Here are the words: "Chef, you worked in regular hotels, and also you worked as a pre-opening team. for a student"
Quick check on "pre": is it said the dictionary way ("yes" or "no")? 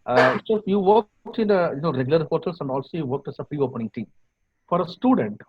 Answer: yes